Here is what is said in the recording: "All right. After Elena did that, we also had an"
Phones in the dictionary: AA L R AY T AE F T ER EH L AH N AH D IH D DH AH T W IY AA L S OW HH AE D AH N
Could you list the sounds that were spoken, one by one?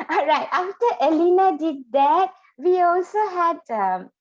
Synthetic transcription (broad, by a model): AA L R AY T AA F T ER EH L AH N AH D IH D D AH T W IY AA L S OW HH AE D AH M